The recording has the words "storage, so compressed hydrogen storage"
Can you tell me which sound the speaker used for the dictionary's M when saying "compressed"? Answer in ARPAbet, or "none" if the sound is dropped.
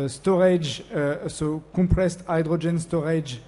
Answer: none